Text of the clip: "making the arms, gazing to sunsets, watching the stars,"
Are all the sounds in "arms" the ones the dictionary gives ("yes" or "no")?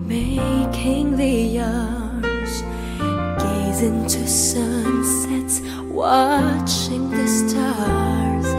no